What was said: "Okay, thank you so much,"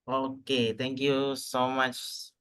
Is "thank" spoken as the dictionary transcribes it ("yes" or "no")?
no